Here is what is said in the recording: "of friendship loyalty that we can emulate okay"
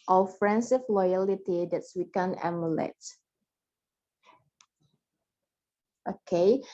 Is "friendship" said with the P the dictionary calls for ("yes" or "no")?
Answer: no